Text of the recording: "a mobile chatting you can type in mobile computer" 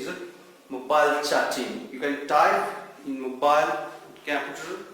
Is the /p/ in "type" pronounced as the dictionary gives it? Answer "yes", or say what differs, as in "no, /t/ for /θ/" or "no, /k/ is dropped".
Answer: no, /p/ is dropped